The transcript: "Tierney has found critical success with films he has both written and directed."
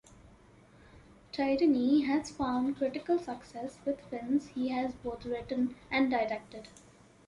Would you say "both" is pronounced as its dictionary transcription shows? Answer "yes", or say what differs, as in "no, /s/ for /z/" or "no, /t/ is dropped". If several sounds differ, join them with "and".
no, /t/ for /θ/